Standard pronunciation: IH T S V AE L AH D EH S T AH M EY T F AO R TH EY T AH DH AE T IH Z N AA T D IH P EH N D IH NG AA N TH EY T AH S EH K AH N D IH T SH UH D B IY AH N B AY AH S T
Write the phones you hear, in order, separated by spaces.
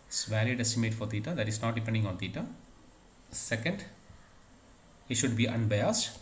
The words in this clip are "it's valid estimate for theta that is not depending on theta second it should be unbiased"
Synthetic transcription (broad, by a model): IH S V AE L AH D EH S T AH M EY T F AO R T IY T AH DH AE T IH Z N AA T D IH P EH N D IH NG AA N T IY T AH S EH K AH N D IH T SH UH D B IY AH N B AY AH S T